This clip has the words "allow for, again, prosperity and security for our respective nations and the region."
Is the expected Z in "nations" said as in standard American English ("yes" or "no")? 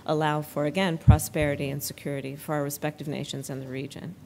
yes